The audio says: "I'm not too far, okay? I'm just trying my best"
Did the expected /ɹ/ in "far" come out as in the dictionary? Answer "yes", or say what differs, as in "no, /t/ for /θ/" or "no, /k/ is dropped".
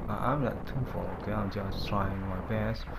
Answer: no, /l/ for /ɹ/